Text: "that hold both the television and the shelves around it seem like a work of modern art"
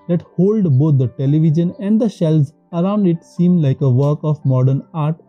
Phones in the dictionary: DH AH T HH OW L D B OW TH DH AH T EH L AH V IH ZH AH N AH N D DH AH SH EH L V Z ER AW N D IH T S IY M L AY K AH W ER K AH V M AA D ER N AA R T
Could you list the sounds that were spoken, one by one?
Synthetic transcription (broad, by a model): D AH T HH OW L D B OW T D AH T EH L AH V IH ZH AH N AH N D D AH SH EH L Z ER AW N D IH T S IY M L AY K AH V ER K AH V M AA D ER N AA R T